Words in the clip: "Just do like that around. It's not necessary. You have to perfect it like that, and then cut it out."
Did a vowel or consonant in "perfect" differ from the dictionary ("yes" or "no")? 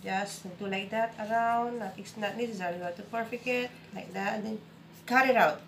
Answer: yes